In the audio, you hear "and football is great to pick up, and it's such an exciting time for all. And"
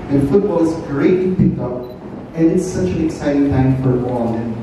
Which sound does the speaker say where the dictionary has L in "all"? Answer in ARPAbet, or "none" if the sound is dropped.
N